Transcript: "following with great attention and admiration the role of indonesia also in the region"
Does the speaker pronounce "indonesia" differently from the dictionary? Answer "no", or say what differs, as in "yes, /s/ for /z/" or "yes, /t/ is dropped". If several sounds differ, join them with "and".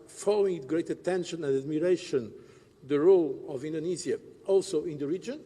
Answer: yes, /z/ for /ʒ/